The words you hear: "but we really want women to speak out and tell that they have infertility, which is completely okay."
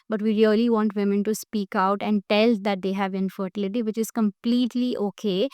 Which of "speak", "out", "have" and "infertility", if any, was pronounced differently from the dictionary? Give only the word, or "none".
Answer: none